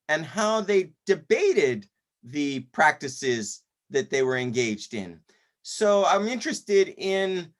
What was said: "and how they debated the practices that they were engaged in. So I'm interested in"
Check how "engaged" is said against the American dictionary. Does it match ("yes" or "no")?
yes